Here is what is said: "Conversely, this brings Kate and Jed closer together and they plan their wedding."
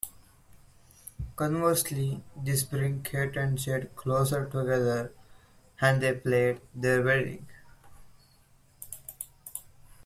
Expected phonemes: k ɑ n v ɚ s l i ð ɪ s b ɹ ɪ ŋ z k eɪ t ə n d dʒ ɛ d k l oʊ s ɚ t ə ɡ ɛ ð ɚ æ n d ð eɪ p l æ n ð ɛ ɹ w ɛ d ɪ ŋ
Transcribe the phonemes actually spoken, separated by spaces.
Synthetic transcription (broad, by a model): k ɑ n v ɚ s l i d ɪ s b ɹ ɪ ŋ k eɪ t ə n d ʃ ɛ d k l oʊ s ɚ t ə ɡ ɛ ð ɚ æ n d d eɪ p l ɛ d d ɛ ɹ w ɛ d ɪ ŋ